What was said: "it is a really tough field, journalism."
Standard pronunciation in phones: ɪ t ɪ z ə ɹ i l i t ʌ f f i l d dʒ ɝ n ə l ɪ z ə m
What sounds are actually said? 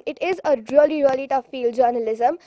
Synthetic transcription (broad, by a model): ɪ t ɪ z ə l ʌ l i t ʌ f f i l d dʒ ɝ n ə l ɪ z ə m